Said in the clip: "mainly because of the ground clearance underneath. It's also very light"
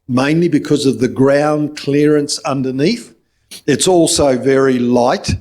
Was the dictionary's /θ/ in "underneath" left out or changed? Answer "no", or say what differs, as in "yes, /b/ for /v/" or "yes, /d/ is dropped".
no